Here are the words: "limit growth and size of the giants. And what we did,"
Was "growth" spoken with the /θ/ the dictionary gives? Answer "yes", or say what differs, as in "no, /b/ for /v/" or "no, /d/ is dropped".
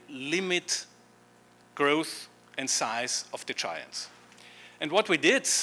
yes